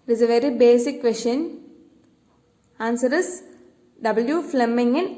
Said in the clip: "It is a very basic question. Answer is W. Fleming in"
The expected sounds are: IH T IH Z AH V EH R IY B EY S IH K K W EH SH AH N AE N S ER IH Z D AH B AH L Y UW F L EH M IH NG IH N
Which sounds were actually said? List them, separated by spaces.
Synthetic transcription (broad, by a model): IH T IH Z AH V EH R IY B EY S IH K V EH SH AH N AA N S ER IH S D AH B AH L Y UW F L EH M IH NG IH N